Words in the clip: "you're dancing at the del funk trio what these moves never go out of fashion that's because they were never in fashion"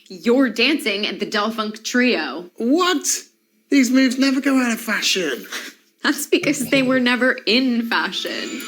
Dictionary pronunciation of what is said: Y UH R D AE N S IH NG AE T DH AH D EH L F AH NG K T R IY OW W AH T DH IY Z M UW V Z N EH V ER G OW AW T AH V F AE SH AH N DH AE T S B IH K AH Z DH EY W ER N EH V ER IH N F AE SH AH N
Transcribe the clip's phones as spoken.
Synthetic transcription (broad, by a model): Y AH R D AE N S IH NG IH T DH AH D EH L F AH NG K T R IY OW W AH T DH IY Z M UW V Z N EH V ER G OW AW T AH V F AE SH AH N DH AE T S B IH K AH Z DH EY W ER N EH V ER IH N F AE SH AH N